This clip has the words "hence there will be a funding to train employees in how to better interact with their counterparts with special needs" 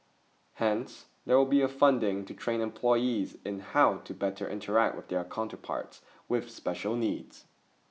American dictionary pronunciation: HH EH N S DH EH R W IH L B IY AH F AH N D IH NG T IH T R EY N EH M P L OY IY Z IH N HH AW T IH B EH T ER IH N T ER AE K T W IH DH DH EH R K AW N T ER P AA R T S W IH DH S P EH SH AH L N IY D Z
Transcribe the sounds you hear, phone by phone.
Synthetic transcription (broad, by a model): HH EH N S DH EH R W IH L B IY AH F AH N D IH NG T IH T R EY N EH M P L OY IY Z IH N HH AW T IH B EH T ER IH N T ER AE K T W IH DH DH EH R K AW N T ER P AA R T S W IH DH S P EH SH AH L N IY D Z